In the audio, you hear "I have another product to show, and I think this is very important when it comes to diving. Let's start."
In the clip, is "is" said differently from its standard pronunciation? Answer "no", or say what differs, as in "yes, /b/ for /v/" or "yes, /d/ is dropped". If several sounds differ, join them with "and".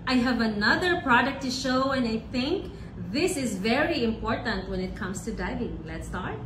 no